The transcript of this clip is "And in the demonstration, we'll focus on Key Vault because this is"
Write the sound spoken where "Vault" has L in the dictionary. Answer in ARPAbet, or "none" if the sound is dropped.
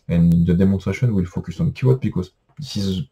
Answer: none